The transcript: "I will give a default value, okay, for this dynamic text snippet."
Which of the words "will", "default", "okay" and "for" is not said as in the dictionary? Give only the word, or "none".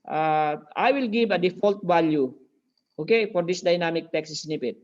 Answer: none